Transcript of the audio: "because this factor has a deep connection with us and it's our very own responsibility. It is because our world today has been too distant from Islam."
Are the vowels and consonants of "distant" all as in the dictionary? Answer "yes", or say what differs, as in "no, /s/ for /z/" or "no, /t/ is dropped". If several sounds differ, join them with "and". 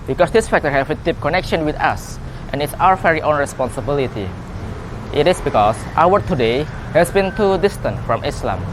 yes